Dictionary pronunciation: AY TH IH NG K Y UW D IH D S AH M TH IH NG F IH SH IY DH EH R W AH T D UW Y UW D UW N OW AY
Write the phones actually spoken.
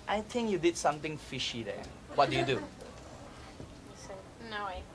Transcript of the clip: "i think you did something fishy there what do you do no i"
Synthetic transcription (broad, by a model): AY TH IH NG K Y UW D IH D S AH M T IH NG F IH SH IY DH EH W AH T D UW Y UW D UW N OW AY